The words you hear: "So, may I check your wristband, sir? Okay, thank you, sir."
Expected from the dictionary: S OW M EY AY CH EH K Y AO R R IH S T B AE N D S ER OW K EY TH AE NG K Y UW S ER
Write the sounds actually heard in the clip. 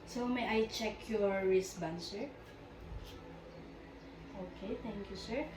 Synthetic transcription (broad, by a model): S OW M EY AY CH EH K Y AO R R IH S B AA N S ER OW K EY T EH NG K Y UW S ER